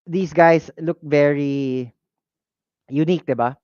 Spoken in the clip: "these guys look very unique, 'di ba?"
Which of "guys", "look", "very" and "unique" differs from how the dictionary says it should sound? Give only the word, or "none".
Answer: guys